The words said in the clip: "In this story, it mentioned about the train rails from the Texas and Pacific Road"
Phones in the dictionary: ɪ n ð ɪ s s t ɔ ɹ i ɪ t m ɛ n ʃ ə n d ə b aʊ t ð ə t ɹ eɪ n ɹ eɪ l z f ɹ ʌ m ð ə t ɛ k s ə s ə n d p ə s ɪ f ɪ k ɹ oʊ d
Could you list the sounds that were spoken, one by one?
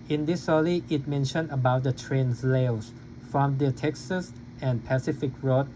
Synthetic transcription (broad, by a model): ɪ n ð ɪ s s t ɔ l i ɪ t m ɛ n ʃ ə n d ə b aʊ t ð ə t ɹ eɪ n l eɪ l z f ɹ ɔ m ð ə t ɛ k s ə s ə n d p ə s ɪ f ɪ k ɹ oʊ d